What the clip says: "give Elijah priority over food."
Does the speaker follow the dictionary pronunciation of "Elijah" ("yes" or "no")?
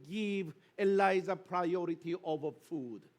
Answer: no